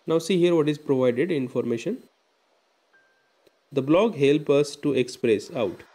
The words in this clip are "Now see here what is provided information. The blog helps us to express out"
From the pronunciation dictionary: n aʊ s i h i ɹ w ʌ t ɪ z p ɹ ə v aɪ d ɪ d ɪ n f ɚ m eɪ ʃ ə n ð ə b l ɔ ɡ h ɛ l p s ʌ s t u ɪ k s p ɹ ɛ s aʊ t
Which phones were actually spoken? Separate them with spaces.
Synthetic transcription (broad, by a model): n aʊ s i h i ɹ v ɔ t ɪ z p ɹ ə v aɪ d ɪ d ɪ n f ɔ m eɪ ʃ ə n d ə b l ɔ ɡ h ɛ l p ʌ s t u ɪ k s p ɹ ɛ s aʊ t